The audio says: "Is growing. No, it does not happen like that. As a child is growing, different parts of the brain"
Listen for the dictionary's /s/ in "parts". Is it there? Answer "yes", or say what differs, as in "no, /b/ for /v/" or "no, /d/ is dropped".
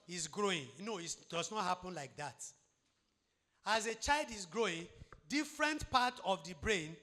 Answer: no, /s/ is dropped